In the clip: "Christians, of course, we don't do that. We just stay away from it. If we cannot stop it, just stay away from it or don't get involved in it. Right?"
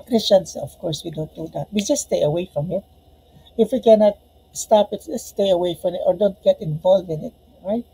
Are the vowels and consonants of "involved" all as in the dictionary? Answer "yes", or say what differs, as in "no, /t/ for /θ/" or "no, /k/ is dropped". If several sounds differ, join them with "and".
no, /d/ is dropped